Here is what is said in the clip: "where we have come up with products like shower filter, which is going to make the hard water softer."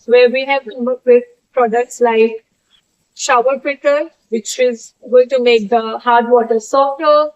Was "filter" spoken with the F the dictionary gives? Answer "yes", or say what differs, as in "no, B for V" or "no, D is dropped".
no, P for F